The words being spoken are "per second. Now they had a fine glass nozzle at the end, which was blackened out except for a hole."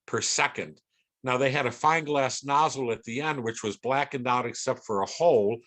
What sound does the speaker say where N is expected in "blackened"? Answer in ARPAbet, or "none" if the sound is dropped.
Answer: N